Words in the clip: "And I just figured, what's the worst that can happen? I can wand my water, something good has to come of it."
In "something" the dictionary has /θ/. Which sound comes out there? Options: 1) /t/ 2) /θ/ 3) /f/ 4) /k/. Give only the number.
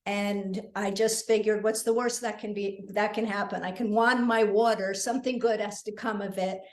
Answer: 2